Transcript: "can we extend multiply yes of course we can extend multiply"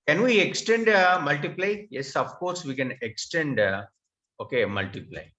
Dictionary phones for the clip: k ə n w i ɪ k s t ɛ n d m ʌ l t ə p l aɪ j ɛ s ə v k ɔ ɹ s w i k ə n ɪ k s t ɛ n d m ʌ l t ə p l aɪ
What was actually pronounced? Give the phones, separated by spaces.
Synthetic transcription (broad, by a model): k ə n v i ɪ k s t ɛ n d m ʌ l t ə p l aɪ j ɛ s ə f k ɔ ɹ s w i k ə n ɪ k s t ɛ n d m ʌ l t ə p l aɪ